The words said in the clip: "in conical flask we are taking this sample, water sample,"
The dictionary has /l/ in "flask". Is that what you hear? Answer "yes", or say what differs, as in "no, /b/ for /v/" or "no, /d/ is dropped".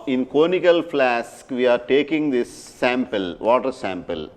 yes